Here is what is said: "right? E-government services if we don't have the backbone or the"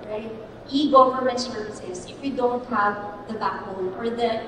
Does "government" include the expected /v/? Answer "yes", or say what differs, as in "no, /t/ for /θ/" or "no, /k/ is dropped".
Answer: no, /f/ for /v/